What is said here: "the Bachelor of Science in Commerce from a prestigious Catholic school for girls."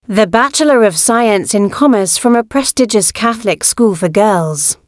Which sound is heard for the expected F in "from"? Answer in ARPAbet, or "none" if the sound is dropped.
F